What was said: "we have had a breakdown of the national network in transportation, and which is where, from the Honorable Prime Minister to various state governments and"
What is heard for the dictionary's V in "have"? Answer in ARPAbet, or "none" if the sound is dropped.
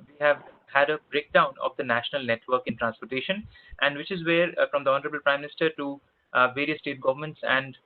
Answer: V